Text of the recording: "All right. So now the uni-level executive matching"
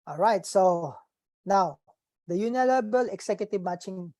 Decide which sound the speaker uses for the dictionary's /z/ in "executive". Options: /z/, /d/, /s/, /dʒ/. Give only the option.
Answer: /s/